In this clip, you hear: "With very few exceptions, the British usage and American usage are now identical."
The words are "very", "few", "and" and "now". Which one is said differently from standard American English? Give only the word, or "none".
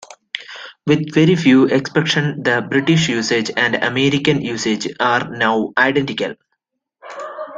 none